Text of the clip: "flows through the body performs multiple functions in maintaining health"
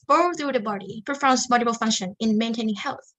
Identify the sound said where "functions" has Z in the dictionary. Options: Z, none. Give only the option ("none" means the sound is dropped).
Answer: none